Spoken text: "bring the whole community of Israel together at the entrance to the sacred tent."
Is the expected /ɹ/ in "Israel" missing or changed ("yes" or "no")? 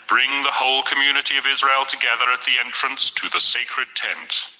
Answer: no